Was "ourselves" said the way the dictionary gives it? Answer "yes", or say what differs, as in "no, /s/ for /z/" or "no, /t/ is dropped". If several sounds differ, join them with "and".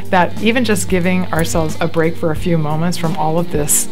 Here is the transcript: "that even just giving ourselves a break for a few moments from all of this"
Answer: yes